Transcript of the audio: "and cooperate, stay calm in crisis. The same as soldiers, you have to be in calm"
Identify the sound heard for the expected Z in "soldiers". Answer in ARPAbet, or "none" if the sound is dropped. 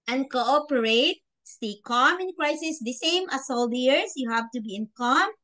S